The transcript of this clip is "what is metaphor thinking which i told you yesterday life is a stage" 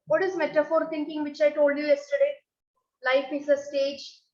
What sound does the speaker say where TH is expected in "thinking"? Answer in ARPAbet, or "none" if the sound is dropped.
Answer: T